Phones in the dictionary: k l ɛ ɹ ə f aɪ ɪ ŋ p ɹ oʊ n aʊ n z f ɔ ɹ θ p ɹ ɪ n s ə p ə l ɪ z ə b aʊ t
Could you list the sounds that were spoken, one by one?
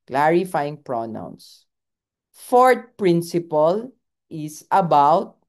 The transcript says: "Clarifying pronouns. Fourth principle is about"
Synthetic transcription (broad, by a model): k l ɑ ɹ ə f aɪ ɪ ŋ p ɹ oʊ n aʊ n s f ɔ ɹ t p ɹ ɪ n s ə p ə l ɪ s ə b aʊ t